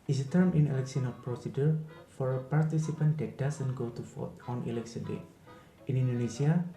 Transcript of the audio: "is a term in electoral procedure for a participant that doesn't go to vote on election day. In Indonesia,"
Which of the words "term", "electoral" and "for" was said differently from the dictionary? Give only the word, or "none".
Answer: electoral